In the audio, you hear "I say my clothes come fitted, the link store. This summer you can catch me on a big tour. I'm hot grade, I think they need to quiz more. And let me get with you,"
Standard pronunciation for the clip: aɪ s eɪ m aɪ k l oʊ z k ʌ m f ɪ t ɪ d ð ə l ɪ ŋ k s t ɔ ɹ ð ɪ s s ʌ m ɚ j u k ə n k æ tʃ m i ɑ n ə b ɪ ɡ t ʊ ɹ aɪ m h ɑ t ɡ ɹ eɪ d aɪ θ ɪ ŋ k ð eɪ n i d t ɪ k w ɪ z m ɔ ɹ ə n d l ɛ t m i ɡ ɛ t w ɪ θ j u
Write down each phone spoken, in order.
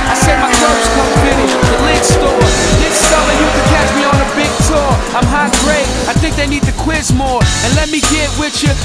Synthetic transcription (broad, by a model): aɪ s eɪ m aɪ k oʊ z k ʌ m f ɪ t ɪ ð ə l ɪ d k s t ɔ ɹ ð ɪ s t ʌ ɚ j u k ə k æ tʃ m i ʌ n ə b ɪ ɡ t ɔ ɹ aɪ m h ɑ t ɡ ɹ eɪ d aɪ θ ɪ ŋ k ð eɪ n i d t ɪ k w ɪ z m ɔ ɹ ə n l ɛ t m i ɡ ɛ t w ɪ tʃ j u